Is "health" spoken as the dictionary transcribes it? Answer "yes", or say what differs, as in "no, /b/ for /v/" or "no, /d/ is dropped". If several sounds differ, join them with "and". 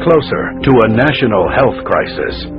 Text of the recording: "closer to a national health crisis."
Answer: yes